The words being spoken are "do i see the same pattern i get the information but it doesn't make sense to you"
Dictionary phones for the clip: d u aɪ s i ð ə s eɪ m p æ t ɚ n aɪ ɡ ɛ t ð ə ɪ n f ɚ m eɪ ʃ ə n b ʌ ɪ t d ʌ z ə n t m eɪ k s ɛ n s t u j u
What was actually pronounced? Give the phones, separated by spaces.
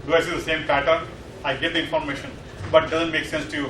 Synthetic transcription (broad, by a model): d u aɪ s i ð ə s eɪ m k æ t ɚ aɪ ɡ ɛ t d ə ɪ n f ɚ m eɪ ʃ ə n b ʌ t d ʌ z ə n t m eɪ k s ɛ n s t u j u